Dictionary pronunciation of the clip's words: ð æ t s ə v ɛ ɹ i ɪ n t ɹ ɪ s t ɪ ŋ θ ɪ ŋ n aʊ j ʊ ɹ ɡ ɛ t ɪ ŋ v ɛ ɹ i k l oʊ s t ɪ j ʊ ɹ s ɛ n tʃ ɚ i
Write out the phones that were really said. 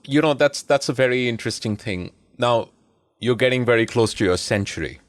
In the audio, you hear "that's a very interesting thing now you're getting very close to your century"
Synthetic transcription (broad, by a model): ð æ t s ə v ɛ ɹ i ɪ n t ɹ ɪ s t ɪ ŋ θ ɪ ŋ n aʊ j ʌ ɹ ɡ ɛ t ɪ ŋ v ɛ ɹ i k l oʊ s t ɪ j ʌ ɹ s ɛ n tʃ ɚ i